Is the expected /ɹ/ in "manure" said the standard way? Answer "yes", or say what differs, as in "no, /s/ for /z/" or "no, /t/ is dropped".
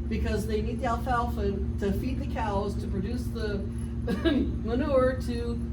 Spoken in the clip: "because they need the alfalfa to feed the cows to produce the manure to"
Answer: yes